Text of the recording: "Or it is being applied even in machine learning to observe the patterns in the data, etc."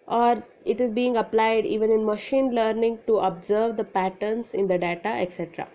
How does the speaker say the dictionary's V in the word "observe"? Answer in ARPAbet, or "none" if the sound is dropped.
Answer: V